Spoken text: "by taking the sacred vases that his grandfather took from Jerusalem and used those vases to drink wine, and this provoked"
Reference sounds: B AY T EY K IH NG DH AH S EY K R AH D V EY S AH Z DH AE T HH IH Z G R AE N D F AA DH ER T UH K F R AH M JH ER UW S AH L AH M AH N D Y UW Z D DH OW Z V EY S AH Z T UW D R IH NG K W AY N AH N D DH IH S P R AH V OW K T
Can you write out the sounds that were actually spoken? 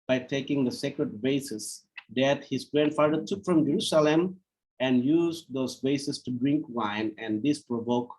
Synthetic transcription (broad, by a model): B AY T EY K IH NG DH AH S EY K R AH D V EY S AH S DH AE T HH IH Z G R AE N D F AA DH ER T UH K F R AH M JH ER UW S AH L AH M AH N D Y UW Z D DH OW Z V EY S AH S T UW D R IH NG K W AY N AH N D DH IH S P R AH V OW K